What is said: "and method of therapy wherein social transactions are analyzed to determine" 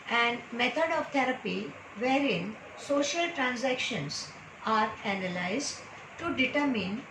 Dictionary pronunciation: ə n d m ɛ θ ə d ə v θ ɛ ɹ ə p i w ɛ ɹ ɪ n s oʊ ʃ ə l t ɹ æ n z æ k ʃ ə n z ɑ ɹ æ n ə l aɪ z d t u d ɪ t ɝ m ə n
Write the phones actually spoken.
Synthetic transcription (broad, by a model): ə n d m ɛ t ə d ə v t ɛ ɹ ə p i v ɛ ɹ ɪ n s oʊ ʃ ə l t ɹ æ n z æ k ʃ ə n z ɑ ɹ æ n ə l aɪ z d t u d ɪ t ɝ m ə n